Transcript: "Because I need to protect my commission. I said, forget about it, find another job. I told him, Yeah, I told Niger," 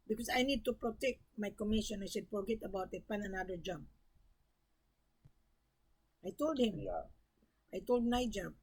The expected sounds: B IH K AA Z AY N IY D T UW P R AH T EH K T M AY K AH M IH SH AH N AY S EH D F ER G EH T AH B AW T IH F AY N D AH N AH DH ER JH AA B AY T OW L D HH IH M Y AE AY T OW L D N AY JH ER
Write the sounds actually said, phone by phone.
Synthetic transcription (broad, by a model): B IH K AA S AY N IY D T UW P R AH T EH K T M AY K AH M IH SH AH N AY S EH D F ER G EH T AH B AW T IH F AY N AH N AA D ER JH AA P AY T OW L D HH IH M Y AY T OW L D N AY JH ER